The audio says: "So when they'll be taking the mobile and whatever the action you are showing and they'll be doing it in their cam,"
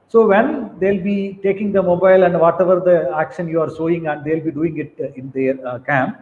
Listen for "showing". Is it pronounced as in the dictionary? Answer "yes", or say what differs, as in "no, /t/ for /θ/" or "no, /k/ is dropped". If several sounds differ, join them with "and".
no, /s/ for /ʃ/